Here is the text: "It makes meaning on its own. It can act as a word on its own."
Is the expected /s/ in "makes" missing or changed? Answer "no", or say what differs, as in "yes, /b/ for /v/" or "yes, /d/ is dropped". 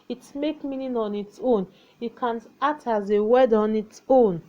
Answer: yes, /s/ is dropped